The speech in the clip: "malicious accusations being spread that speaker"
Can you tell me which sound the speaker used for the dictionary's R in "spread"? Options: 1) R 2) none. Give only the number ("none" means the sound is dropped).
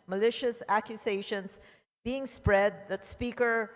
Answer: 1